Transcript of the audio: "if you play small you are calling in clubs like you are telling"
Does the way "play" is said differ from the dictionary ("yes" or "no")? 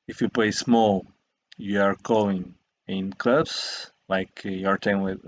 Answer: no